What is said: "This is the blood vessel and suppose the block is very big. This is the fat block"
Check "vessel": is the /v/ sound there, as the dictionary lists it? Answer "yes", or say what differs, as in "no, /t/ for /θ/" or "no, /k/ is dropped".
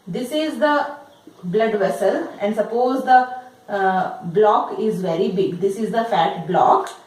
yes